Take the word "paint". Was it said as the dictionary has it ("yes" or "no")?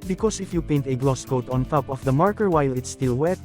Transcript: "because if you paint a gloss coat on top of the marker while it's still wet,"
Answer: yes